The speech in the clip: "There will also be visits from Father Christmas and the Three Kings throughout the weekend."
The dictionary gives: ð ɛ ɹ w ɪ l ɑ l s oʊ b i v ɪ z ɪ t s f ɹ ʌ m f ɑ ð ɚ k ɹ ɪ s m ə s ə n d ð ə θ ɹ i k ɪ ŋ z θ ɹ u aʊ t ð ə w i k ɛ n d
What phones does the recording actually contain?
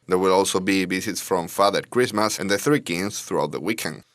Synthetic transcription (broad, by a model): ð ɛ ɹ w ɪ l ɑ l s oʊ b i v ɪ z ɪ t s f ɹ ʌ m f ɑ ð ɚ k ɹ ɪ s m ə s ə n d ð ə θ ɹ i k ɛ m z θ ɹ u aʊ t ð ə w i k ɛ n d